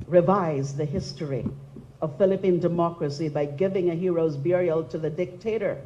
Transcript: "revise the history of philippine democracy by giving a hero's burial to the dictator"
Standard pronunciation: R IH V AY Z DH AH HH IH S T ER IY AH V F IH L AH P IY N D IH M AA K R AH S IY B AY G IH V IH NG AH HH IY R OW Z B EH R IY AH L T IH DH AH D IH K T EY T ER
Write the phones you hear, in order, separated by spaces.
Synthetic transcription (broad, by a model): R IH V AY Z DH AH HH IH S T ER IY AH V F IH L AH P IY N D IH M AA K R AH S IY B AY G IH V IH NG AH HH IY R OW Z B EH R IY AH L T IH DH AH D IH K T EY T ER